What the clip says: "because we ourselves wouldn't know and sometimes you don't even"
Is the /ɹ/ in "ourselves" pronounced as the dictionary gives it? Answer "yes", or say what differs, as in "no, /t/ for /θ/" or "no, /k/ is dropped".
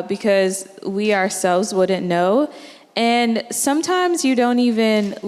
yes